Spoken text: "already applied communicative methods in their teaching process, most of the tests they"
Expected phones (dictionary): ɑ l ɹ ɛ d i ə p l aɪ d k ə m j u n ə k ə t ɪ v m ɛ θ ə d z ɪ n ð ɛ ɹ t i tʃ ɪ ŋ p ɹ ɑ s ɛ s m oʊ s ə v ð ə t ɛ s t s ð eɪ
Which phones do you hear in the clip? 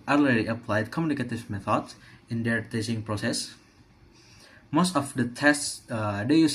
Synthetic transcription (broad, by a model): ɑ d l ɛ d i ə p l aɪ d k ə m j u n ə k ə t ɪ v m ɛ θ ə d s ɪ n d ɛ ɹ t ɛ s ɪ ŋ p ɹ ɑ s ɛ s m oʊ s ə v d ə t ɛ s t s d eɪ